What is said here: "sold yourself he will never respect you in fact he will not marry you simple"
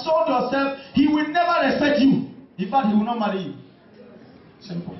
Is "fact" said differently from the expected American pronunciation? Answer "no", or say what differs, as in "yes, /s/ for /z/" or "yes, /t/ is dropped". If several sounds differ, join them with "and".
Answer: yes, /k/ is dropped